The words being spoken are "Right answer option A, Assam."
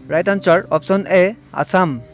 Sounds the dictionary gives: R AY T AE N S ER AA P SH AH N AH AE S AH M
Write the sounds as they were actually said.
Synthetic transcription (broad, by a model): R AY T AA N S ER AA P S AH N AH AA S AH M